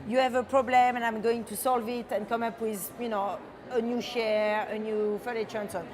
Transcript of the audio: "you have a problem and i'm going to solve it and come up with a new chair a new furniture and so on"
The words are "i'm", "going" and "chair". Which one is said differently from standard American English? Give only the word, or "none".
chair